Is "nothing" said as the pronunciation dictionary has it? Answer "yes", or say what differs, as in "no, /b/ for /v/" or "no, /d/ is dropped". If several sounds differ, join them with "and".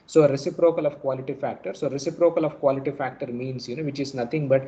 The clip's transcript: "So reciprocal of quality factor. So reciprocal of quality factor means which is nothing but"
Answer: no, /t/ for /θ/